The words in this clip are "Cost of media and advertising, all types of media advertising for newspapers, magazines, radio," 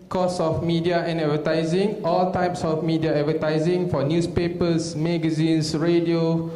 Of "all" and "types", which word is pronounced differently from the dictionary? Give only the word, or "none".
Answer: none